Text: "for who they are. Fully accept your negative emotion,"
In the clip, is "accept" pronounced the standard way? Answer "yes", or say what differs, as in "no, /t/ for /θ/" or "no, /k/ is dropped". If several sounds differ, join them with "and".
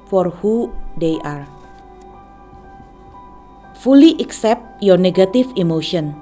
yes